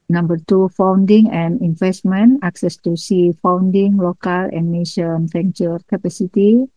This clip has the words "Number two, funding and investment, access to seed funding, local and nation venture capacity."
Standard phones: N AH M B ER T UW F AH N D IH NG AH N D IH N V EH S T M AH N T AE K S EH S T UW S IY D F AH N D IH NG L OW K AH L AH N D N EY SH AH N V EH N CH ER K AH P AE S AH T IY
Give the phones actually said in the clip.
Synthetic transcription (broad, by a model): N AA M B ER T UW F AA N D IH NG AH N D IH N F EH S T M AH N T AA K S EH S T UW S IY F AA N D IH NG L OW K AH L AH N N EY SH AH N F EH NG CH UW K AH P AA S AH T IY